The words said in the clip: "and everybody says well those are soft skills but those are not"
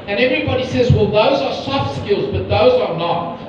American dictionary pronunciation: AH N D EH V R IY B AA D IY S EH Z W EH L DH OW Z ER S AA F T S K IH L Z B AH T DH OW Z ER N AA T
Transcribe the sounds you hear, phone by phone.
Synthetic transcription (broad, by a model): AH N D EH V R IY B AA D IY S EH Z W EH L DH OW Z ER S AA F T S K IH L Z B AH T DH OW Z ER N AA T